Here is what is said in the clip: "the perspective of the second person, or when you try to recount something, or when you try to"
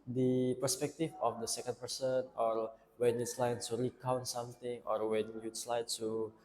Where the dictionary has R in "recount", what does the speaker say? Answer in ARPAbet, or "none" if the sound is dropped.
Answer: R